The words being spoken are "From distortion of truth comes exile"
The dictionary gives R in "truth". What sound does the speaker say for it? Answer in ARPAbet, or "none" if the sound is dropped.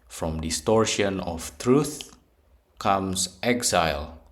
R